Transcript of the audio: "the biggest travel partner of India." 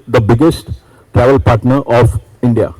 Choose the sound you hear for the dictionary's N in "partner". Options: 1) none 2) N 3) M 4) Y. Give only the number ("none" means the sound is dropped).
2